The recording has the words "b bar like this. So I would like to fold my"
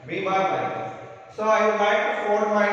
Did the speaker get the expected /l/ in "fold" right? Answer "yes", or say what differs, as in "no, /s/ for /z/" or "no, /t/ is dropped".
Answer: no, /l/ is dropped